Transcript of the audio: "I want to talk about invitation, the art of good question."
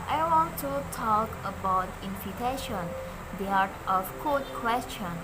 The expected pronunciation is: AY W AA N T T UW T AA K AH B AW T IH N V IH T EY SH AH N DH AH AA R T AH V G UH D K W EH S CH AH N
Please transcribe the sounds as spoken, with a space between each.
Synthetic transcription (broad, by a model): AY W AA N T T UW T AA K AH B AW T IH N F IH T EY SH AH N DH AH AA R T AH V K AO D K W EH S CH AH N